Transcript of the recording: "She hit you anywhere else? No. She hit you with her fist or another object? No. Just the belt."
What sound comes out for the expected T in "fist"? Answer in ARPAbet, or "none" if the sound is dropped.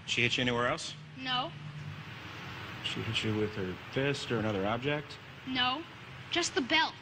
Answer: T